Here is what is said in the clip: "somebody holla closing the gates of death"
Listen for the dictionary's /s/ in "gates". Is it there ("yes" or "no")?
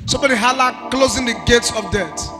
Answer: yes